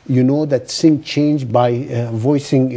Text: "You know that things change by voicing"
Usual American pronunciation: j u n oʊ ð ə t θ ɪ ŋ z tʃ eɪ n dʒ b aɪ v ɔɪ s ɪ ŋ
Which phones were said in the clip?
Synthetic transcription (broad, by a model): j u n oʊ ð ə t s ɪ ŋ tʃ eɪ n dʒ b aɪ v ɔɪ s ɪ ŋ